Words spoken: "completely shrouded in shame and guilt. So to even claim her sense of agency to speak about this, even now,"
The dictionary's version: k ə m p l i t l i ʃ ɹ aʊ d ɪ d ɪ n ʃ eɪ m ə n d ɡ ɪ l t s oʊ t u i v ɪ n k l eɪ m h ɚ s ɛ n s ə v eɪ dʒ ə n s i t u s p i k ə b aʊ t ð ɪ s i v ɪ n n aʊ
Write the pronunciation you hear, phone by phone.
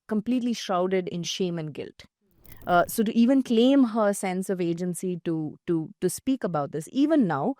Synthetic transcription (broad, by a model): k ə m p l i t l i ʃ ɹ aʊ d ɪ d ɪ n ʃ eɪ m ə n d ɡ ɪ l t s oʊ t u i v ɪ n k l eɪ m h ɚ s ɛ n s ə v eɪ dʒ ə n s i t u s p i k ə b aʊ t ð ɪ s i v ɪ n n aʊ